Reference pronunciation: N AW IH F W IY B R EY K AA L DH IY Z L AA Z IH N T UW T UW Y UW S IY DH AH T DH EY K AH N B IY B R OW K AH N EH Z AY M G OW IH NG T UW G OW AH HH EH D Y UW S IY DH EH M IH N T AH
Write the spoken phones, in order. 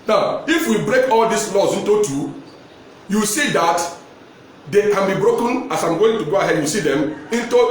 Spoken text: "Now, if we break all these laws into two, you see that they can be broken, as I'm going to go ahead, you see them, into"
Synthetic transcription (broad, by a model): N AW IH F W IY B R EY K AA L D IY S L AA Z IH N T UW T UW Y UW S IY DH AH T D EY K AH N B IY B R OW K AH N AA S AY M G OW IH NG T UW G OW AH HH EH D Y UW S IY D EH M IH N T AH